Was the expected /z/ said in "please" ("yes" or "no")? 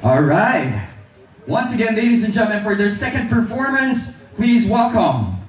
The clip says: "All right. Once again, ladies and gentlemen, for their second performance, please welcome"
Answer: yes